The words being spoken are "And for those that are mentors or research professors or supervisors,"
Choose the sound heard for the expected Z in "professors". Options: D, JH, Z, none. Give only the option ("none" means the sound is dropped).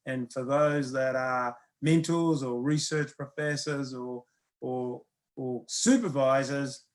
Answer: Z